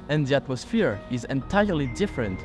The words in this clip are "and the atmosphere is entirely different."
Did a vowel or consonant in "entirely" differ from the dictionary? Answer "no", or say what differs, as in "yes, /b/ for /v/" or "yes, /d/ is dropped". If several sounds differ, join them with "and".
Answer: no